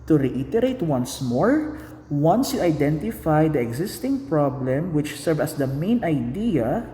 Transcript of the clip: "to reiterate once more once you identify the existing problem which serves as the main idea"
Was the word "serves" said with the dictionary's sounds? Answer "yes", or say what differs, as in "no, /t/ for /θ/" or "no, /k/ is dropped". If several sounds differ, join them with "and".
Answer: no, /z/ is dropped